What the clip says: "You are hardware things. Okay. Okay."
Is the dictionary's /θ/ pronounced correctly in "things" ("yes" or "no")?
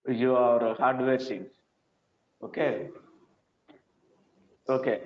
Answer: no